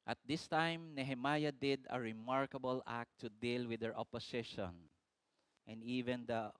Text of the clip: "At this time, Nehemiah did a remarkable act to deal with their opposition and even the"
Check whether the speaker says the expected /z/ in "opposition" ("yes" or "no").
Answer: no